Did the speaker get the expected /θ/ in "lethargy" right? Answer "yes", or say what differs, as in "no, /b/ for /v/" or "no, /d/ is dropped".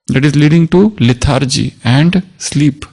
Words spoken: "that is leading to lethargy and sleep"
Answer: no, /t/ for /θ/